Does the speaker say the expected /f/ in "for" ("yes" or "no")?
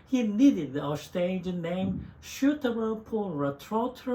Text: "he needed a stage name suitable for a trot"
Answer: no